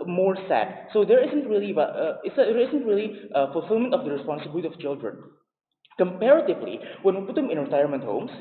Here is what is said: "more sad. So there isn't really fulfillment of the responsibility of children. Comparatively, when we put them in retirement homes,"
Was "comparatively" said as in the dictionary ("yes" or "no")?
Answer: yes